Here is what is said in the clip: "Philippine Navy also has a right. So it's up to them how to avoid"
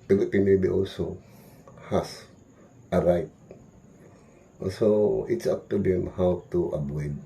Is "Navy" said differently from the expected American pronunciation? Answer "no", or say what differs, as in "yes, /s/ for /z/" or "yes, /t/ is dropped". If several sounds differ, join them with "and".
yes, /b/ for /v/